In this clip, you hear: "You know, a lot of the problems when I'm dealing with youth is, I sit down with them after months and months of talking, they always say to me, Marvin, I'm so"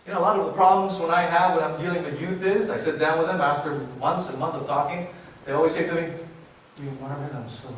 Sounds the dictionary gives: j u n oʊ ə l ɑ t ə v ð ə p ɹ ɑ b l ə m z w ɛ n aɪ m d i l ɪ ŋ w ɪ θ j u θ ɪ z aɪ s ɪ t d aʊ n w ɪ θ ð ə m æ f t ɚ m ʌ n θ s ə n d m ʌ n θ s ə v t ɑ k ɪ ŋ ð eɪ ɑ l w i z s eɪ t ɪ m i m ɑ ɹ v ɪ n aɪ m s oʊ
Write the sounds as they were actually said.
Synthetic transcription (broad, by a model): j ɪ n oʊ ə l ɑ t ə v ð ə p ɹ ɑ b l ə m z w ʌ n aɪ m d i l ɪ ŋ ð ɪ j u θ ɪ z aɪ s ɪ t d aʊ n w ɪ ð ə m æ f t ɚ m ʌ n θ s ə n m ʌ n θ s ə v t ɑ k ɪ ŋ ð eɪ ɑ l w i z s eɪ t ɪ m i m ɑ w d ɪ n aɪ m s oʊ